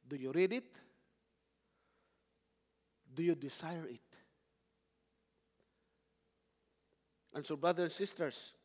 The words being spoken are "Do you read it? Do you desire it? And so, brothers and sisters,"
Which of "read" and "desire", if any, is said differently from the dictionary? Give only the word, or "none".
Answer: desire